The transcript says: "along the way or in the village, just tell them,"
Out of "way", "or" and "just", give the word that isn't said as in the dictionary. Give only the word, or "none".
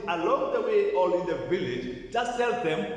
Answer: or